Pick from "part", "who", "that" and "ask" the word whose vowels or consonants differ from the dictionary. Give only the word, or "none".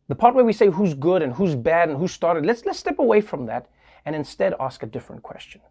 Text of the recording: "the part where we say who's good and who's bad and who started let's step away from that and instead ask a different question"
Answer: none